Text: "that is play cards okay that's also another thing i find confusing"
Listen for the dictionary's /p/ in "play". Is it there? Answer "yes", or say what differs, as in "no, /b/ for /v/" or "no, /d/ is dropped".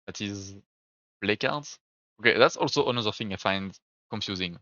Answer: no, /b/ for /p/